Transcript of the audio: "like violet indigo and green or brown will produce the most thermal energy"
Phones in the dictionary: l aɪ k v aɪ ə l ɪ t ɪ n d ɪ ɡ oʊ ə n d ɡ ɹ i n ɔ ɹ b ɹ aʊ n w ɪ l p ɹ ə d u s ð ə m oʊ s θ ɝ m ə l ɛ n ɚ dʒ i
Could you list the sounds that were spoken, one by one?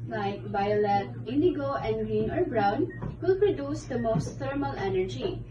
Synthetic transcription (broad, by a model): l aɪ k b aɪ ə l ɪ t ɪ n d ɪ ɡ oʊ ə n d ɡ ɹ i n ɔ ɹ b ɹ aʊ n w ɪ l p ɹ ə d u s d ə m oʊ s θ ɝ m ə l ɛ n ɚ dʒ i